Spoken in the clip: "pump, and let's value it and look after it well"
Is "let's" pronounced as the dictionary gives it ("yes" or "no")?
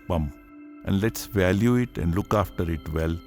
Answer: yes